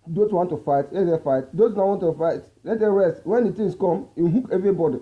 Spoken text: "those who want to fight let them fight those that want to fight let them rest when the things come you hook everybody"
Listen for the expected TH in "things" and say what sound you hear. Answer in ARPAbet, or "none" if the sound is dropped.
T